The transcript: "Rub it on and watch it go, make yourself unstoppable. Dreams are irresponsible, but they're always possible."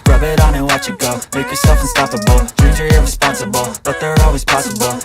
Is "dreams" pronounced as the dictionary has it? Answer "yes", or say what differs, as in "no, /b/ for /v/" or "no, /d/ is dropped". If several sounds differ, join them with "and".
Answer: no, /m/ is dropped